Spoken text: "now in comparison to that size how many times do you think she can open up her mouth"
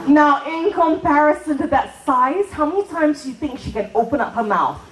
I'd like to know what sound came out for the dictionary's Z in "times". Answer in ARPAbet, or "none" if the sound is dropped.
Z